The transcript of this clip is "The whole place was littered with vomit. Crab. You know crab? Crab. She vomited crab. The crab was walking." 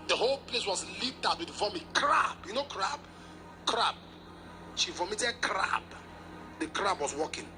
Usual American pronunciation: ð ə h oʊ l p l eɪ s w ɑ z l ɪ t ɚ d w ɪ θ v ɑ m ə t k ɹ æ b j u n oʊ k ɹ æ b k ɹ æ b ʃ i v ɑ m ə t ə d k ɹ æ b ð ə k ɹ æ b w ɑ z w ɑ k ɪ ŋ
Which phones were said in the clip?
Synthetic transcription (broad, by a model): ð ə h oʊ l p l eɪ s w ɑ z l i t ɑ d w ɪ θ v ɑ m ə t k ɹ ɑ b j u n oʊ k ɹ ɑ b k ɹ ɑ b ʃ i v ɑ m ə t ə d k ɹ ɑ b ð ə k ɹ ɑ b w ɑ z w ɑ k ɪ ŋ